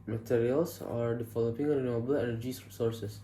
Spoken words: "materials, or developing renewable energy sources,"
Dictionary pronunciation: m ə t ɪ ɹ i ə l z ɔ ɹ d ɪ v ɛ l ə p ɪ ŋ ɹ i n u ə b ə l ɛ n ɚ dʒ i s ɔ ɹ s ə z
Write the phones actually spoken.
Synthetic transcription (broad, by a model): m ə t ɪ ɹ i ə l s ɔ ɹ d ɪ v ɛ l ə p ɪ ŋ ɹ i n u ə b ə l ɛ n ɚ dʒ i s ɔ ɹ s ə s